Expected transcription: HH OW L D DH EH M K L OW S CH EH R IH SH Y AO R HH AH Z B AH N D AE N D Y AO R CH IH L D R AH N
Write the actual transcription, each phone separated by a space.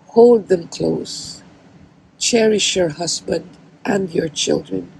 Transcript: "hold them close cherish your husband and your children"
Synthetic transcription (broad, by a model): HH OW L D DH EH M K L OW S CH EH R IH SH Y AO R HH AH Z B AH N D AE N D Y AO R CH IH L D R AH N